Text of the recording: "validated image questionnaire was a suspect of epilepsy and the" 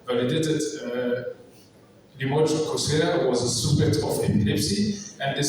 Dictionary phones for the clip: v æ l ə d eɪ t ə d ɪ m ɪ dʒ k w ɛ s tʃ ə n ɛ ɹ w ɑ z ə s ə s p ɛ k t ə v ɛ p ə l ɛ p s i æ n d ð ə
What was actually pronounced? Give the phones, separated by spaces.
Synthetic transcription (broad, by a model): v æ l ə d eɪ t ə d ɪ m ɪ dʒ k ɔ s ə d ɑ w ɑ z ə s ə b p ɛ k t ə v ɛ p ə l ɛ p s i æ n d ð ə